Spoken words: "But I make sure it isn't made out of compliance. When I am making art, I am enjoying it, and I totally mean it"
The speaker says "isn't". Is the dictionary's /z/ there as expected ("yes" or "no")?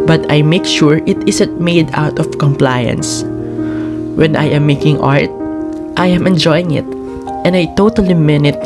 no